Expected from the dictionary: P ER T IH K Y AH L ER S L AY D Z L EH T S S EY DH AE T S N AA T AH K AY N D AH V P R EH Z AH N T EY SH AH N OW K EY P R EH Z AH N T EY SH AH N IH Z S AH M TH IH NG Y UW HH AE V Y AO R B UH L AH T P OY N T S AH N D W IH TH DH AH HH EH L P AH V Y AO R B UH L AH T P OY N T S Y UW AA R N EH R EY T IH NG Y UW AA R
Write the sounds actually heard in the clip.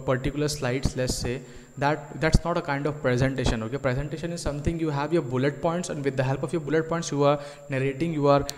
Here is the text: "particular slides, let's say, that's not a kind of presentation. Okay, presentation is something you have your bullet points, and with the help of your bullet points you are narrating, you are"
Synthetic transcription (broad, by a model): P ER T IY K Y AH L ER S L AY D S L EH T S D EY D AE T S N AA T AH K AY N D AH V P R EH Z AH N T EY SH AH N OW K EY P R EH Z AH N T EY SH AH N IH Z S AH M T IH NG Y UW HH AE V Y AO R B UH L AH T P OY N T S AH N D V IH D AH HH EH L P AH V Y AO R B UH L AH T P OY N T S Y UW AA R N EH R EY T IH NG Y UW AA R